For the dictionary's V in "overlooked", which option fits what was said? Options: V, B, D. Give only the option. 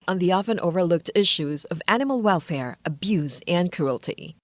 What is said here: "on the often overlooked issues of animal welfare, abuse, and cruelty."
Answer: V